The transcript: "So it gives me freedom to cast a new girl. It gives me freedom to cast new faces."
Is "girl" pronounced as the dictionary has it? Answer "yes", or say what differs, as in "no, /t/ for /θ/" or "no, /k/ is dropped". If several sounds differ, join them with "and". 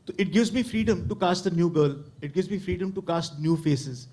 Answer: yes